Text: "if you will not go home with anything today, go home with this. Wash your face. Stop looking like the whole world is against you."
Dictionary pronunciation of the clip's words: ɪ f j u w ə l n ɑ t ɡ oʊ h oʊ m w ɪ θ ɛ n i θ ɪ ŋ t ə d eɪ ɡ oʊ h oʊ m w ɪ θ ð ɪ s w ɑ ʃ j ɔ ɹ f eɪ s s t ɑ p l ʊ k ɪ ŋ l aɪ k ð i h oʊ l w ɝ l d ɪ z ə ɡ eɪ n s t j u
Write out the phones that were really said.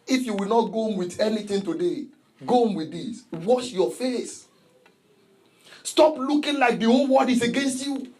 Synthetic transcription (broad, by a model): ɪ f j u w ə l n ɑ t ɡ oʊ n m w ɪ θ ɛ n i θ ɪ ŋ t ə d eɪ ɡ oʊ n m w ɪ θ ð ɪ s w ɑ ʃ j ɔ f eɪ s s t ɑ p l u k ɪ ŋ l aɪ k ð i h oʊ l w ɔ d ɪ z ə ɡ eɪ n s t j u